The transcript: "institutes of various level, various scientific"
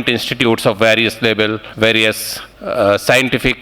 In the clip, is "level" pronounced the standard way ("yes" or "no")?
no